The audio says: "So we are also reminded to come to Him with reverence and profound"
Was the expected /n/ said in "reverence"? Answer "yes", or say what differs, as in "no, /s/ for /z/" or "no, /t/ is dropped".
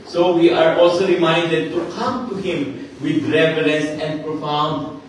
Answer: no, /l/ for /n/